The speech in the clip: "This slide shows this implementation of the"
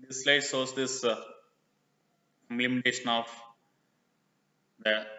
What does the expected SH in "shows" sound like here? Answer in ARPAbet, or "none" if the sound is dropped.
S